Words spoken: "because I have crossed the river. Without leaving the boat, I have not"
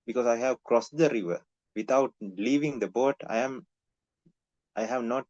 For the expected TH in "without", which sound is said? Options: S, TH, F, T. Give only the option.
T